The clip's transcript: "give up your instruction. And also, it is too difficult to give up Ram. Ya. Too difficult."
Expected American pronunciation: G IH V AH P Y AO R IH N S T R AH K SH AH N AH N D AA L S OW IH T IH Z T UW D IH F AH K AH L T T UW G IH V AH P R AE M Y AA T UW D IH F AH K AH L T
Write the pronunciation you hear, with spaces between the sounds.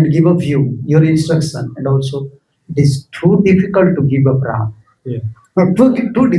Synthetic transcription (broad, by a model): G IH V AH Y Y AO R IH N S T R AH K SH AH N AH N D AA L S OW IH T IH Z T UW D IH F AH K AH L T T UW G IH V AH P R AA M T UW T UW D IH